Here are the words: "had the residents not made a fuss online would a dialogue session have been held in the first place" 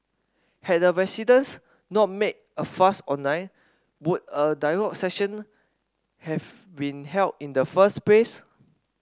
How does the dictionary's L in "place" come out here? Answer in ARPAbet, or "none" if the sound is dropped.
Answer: L